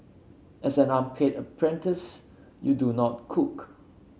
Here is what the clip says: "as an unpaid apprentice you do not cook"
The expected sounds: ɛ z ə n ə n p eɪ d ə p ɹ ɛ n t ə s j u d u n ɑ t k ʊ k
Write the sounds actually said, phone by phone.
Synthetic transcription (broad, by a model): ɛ s ə n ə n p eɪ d ə p ɹ ɛ n t ə s j u d u n ɑ t k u k